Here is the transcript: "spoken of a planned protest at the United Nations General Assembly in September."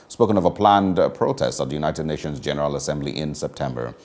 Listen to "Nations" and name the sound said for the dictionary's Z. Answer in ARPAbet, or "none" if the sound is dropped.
Z